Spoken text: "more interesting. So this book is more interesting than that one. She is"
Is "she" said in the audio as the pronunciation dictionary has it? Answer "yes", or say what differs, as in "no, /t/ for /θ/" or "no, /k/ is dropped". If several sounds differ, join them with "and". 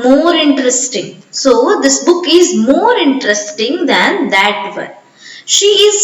yes